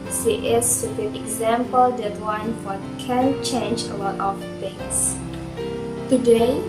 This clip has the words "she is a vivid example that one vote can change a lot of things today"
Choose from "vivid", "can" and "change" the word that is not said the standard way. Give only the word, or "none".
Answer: vivid